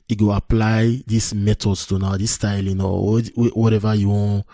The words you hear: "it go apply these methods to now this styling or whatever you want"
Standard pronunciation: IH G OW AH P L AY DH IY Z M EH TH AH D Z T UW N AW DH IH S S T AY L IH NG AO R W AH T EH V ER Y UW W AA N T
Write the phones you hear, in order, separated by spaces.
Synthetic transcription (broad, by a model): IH G OW AH P L AY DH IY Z M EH T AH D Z T UW N AW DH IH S S T AY L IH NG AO W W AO T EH V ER Y UW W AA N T